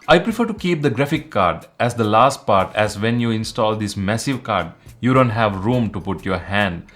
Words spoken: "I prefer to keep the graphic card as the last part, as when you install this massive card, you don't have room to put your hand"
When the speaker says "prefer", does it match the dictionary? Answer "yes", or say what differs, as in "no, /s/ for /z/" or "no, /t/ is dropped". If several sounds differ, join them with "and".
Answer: yes